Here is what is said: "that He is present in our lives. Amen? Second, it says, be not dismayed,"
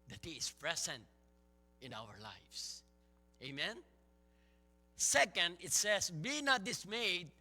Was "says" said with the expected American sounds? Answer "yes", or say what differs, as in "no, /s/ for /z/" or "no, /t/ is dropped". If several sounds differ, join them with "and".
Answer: no, /s/ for /z/